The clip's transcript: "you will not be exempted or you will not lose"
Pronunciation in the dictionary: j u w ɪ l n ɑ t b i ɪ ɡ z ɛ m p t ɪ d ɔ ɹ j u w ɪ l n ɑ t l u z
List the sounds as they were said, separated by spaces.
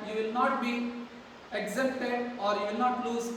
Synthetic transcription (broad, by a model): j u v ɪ l n ɑ t b i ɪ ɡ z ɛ p t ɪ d ɔ ɹ j u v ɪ l n ɑ t l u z